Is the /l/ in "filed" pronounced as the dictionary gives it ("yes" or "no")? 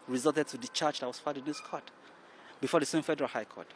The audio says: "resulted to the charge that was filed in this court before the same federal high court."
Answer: no